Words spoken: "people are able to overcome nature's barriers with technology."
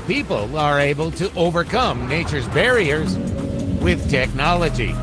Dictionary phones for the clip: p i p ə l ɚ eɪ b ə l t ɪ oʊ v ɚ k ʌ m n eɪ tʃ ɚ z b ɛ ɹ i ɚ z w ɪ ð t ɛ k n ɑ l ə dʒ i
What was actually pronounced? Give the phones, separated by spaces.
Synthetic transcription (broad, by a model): p i p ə l ɚ eɪ b ə l t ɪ oʊ v ɚ k ʌ m n eɪ tʃ ɚ z b ɛ ɹ i ɚ z w ɪ ð t ɛ k n ɑ l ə dʒ i